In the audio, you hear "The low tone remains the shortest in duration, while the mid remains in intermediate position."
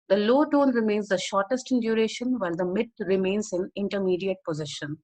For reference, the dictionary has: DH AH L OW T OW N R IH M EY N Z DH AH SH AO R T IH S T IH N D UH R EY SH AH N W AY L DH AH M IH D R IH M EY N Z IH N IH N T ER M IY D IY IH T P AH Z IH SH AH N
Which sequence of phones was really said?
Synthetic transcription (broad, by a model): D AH L OW T OW N R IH M EY N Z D AH SH AO R T IH S T IH N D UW R EY SH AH N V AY L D AH M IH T R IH M EY N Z IH N IH N T ER M IY D IY IH T P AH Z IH SH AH N